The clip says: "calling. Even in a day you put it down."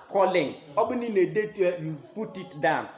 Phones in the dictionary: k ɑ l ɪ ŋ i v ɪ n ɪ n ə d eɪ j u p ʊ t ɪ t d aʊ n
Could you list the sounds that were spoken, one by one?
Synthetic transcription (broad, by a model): k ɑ l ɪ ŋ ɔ b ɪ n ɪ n ə d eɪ j u p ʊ t ɪ t d aʊ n